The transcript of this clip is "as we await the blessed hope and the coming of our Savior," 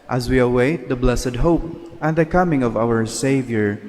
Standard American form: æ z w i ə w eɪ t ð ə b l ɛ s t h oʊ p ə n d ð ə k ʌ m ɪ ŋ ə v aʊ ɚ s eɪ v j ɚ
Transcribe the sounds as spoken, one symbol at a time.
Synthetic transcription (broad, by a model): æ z w i ə w eɪ t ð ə b l ɛ s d h oʊ p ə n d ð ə k ʌ m ɪ ŋ ə v aʊ ɚ s eɪ v j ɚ